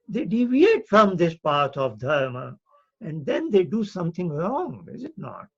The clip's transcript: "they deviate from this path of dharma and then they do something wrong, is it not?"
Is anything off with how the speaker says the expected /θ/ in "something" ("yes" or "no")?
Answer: yes